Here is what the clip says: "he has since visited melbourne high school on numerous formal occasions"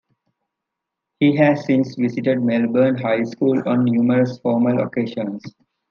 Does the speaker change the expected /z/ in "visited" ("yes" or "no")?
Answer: yes